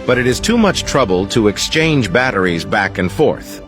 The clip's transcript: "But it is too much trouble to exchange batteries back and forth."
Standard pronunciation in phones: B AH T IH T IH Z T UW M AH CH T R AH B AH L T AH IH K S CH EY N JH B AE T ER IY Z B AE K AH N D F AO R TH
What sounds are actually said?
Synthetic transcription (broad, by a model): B AH T IH T IH Z T UW M AH CH T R AH B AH L T AH IH K S CH EY N JH B AE T ER IY Z B AE K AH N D F AO R TH